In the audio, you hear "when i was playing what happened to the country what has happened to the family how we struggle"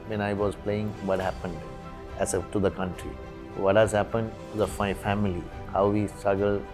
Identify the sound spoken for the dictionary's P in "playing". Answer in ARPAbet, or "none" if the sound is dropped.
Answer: P